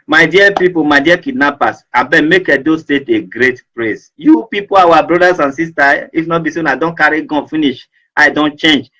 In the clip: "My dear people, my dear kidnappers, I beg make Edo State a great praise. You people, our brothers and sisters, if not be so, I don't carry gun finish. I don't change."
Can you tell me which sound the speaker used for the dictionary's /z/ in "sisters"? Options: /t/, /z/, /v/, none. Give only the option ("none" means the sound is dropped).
none